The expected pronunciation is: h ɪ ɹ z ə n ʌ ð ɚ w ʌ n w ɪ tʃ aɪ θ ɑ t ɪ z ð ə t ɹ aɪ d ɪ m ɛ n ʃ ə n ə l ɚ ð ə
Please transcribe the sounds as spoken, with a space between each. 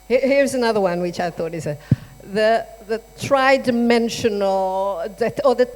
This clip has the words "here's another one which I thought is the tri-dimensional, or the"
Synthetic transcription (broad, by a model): h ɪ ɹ z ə n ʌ ð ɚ w ʌ n w ɪ tʃ aɪ θ ɑ t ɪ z ð ə t ɹ aɪ d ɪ m ɛ n ʃ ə n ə l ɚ ð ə